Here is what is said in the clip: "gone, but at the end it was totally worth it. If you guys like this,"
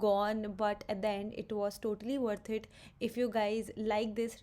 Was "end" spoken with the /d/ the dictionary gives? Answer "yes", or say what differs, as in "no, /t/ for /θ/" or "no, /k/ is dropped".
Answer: no, /d/ is dropped